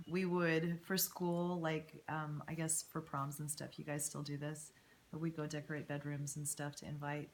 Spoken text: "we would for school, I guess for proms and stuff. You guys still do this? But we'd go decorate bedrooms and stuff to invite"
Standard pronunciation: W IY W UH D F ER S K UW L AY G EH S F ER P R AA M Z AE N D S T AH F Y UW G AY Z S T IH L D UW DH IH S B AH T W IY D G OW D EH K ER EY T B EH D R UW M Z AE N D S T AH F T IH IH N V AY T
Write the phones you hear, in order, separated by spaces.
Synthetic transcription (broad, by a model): W IY W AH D F ER S K UW L AY G EH S F ER P R AA M Z N S T AH F Y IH G AY Z S T IH L D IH DH IH S B AH T W IY D G OW D EH K ER EY T B EH D R UW M Z N S T AH F T IH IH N V AY T